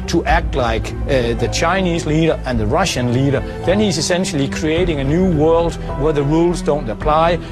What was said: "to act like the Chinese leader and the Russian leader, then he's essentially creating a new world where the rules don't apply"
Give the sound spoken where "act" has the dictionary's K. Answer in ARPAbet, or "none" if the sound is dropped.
K